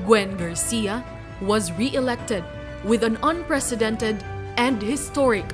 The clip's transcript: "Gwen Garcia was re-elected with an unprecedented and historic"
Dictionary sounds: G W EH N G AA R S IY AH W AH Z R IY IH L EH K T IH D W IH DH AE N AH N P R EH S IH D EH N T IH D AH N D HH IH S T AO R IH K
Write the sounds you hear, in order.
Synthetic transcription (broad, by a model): G W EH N G AA R S IY AH W AH Z R IY IH L EH K T IH D W IH DH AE N AH N P R EH S IH D EH N T IH D AH N D HH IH S T AO R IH K